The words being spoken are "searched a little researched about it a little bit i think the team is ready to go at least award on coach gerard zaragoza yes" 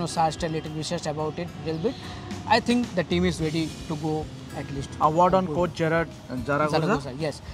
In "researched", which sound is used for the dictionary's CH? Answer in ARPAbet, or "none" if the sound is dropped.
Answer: S